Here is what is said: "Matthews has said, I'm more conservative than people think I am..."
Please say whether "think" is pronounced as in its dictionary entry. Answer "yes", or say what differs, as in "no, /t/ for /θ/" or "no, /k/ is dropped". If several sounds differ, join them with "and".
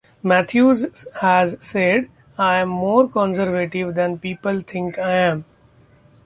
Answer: no, /t/ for /θ/